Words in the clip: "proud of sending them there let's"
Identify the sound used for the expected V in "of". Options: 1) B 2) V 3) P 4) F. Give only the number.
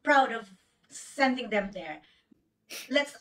2